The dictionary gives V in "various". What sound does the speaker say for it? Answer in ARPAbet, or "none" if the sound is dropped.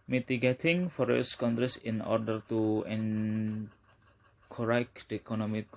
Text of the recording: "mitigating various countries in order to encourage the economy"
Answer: F